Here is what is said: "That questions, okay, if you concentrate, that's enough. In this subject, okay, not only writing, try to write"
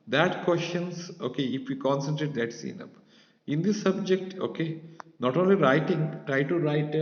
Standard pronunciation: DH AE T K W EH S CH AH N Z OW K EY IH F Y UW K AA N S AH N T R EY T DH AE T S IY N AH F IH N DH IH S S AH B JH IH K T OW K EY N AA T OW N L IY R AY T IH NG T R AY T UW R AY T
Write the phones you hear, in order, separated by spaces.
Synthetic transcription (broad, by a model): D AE T K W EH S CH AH N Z OW K EY IH F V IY K AA N S AH N T R EY T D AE T S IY N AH P IH N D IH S S AH B JH IH K T OW K EY N AA T OW N L IY R AY T IH NG T R AY T UW R AY T